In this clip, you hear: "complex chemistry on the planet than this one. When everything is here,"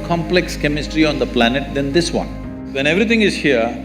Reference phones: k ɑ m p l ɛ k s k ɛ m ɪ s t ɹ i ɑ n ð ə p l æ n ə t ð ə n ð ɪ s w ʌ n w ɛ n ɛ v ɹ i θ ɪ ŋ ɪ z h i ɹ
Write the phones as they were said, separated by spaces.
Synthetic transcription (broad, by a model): k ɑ m p l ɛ k s k ɛ m ɪ s t ɹ i ɑ n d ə p l æ n ə t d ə n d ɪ s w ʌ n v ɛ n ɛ v ɹ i t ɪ ŋ ɪ z h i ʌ